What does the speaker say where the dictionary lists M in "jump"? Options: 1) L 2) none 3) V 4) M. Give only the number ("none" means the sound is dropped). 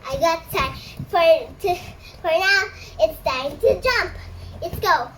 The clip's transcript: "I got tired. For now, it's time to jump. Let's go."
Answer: 4